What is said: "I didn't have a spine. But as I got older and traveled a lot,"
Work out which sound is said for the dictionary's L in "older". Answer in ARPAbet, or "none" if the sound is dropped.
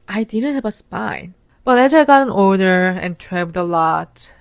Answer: N